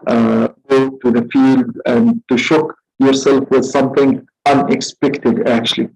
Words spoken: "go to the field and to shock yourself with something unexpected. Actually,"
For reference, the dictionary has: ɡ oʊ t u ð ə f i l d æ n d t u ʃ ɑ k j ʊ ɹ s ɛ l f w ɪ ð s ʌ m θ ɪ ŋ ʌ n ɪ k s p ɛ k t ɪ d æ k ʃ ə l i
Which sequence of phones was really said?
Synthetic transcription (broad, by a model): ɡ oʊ t u ð ə f i l d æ n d t u ʃ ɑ k j ʊ ɹ s ɛ l f w ɪ ð s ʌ m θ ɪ ŋ ʌ n ɪ k s p ɛ k t ɪ d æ k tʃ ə l i